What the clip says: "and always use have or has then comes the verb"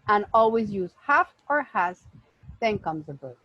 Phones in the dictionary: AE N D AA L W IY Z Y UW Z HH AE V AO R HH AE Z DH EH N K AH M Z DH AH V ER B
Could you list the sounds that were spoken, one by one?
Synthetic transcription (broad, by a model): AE N AA L W IY Z Y UW Z HH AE F AO R HH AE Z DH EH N K AH M Z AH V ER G